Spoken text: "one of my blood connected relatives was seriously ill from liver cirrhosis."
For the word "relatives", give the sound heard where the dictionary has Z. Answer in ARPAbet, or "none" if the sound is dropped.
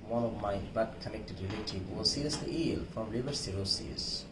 none